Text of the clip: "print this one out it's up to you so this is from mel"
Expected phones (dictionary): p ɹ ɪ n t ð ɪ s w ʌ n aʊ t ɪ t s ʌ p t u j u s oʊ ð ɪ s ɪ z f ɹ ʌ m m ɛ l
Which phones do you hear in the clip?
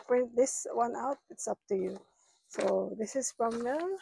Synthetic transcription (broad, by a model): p ɹ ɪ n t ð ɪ s w ʌ n aʊ t ɪ t s ʌ p t u j u s oʊ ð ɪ s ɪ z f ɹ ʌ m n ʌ